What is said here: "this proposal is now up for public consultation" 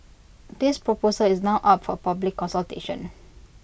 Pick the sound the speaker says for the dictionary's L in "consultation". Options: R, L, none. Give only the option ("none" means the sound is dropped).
L